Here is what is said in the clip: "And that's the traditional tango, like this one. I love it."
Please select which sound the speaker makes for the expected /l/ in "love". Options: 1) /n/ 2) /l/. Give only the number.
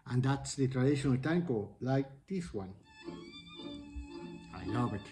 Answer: 1